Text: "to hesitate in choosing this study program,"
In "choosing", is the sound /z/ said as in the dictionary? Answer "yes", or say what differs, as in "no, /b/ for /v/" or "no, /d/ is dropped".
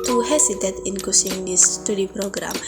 no, /s/ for /z/